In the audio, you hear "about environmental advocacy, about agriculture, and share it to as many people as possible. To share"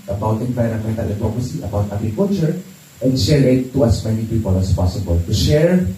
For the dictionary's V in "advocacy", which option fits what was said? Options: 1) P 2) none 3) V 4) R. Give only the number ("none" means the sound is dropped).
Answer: 2